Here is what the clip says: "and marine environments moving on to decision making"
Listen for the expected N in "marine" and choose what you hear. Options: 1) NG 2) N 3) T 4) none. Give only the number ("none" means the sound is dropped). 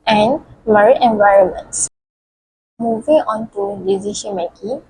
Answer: 4